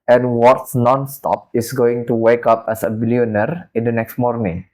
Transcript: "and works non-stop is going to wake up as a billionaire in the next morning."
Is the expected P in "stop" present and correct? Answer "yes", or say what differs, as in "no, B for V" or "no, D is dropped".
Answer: yes